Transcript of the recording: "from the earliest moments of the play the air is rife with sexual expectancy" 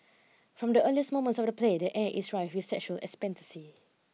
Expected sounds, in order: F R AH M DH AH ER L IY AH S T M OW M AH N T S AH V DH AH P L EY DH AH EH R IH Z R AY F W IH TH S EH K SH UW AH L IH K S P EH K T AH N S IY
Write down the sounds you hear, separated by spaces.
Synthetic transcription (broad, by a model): F R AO M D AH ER L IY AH S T M OW M AH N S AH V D AH P L EY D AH EH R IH S R AY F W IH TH S EH K SH UW AH L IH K S P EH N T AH S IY